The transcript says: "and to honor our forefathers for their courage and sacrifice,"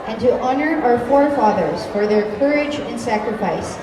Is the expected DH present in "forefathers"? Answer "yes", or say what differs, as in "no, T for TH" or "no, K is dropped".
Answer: yes